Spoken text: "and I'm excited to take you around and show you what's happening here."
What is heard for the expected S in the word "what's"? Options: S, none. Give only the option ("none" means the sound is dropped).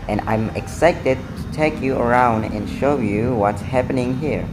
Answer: S